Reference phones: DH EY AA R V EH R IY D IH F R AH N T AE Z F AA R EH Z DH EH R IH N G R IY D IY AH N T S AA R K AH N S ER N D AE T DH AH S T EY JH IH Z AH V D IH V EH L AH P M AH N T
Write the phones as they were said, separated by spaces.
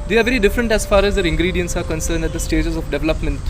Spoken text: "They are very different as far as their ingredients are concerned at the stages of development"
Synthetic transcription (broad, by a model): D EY AA R V EH R IY D IH F R AH N T AE Z F AA R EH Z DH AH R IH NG G R IY D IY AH N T S AA R K AH N S ER N D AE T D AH S T EY JH IH Z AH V D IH V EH L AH P M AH N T